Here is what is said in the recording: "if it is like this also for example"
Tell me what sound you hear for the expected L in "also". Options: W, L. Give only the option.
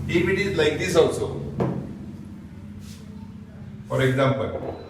W